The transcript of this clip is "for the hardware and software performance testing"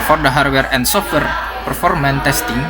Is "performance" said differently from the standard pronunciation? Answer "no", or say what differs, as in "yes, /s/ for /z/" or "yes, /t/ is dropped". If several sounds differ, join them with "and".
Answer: yes, /s/ is dropped